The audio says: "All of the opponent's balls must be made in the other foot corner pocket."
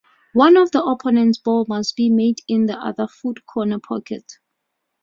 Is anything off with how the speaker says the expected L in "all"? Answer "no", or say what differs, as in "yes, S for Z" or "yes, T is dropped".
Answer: yes, N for L